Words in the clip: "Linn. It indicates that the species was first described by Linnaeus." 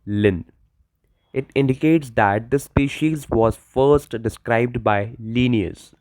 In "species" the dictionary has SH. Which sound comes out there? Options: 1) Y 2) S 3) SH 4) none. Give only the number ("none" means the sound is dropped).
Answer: 3